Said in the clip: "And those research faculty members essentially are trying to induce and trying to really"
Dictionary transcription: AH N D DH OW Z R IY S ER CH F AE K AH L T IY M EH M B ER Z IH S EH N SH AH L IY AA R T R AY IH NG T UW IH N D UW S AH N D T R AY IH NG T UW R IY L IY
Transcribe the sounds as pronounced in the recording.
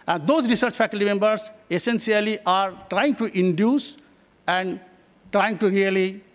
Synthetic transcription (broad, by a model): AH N D OW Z R IY S ER CH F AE K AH L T IY M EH M B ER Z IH S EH N S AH L IY AA R T R AY IH NG T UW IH N D UW S AH N D T R AY IH NG T UW R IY L IY